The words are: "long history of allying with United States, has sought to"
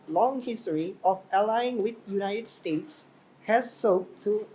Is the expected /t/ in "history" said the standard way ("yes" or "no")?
yes